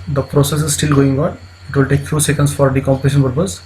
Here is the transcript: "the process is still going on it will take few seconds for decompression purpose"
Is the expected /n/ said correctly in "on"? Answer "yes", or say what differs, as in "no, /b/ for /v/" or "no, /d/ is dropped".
yes